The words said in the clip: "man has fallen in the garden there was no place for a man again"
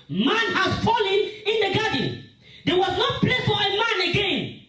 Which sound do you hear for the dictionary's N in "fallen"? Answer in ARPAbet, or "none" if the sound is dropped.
N